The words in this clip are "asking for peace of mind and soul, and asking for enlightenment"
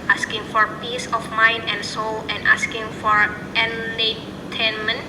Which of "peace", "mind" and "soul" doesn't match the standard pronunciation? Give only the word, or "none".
none